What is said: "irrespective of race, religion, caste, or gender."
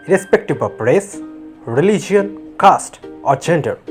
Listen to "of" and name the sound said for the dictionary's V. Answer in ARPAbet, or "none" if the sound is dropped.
P